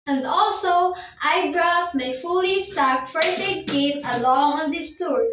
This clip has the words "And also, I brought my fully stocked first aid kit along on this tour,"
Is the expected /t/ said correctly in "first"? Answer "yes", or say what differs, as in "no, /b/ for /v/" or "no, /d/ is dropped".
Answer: no, /t/ is dropped